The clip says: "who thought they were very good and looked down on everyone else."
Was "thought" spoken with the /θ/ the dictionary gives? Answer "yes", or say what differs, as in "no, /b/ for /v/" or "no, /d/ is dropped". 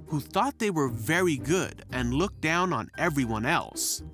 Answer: yes